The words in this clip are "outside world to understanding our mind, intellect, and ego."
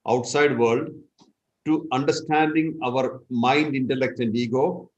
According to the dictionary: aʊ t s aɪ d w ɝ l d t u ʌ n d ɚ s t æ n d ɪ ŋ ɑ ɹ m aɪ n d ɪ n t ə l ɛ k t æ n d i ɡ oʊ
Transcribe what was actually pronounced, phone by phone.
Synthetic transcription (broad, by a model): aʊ t s aɪ d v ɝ l d t u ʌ n d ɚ s t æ n d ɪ ŋ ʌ ɹ m aɪ n d ɪ n t ə l ɛ k t æ n d i ɡ oʊ